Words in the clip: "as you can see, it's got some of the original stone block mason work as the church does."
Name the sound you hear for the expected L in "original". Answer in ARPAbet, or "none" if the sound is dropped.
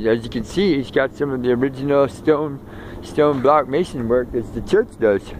N